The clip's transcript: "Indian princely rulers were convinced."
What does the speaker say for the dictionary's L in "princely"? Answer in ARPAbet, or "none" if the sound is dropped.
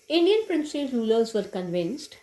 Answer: none